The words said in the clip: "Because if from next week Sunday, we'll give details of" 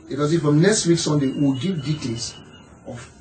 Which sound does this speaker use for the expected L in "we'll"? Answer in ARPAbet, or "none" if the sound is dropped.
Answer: W